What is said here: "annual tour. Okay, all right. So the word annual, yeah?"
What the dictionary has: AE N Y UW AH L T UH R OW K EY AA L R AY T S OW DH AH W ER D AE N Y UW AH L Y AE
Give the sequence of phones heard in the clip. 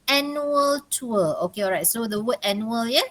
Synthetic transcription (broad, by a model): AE N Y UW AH L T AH L OW K EY AA L R AY T S OW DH AH W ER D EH N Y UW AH L Y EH